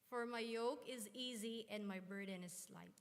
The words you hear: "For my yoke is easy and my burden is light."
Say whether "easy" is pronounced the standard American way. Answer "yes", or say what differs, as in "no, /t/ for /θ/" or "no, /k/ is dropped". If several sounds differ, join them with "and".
yes